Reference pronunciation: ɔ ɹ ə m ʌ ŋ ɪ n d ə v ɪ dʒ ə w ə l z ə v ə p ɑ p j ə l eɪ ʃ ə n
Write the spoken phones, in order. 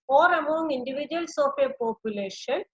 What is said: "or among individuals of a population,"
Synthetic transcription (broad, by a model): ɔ ɹ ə m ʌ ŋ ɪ n d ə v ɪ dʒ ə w ə l s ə p ə p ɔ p j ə l eɪ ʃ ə n